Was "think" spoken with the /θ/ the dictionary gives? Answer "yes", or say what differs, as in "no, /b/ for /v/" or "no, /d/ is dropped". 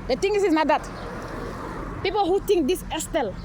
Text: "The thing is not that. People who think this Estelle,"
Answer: no, /t/ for /θ/